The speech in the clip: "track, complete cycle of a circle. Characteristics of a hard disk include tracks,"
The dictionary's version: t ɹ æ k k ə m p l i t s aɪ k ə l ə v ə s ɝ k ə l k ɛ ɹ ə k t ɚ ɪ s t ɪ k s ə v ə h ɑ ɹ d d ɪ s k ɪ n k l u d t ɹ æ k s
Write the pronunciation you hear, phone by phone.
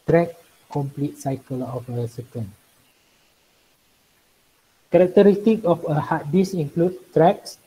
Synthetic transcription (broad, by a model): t ɹ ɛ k k ə m p l i t s aɪ k ə l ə f ə s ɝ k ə n k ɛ ɹ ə k t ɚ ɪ s t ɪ k ə f ə h ɑ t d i s ɪ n k l u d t ɹ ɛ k s